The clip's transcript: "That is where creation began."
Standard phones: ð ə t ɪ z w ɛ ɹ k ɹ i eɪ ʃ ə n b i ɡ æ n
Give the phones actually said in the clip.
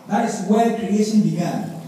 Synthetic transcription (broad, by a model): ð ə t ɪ s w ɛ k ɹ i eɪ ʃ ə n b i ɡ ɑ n